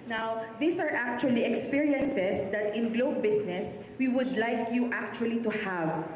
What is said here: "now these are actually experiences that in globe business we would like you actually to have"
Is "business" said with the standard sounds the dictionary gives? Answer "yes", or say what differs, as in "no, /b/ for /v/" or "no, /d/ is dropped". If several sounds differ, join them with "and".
no, /s/ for /z/